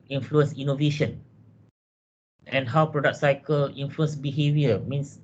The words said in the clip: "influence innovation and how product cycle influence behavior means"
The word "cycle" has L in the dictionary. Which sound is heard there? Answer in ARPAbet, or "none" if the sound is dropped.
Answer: L